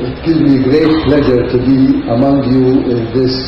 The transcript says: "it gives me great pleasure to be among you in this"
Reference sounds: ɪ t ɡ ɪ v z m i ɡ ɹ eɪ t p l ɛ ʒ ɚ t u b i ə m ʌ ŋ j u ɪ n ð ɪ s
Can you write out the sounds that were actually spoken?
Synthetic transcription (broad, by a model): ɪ t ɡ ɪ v m i ɡ ɹ eɪ t p l ɛ ʒ ɚ t u b i ə m ʌ ŋ j u ɪ n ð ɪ s